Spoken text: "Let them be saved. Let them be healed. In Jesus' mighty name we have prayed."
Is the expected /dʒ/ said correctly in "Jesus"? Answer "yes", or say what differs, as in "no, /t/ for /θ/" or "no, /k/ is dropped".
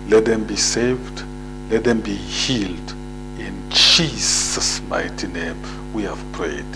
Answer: no, /tʃ/ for /dʒ/